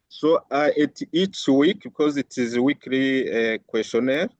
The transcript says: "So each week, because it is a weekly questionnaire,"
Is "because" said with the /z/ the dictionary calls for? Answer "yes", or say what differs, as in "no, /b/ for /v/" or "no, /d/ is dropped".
yes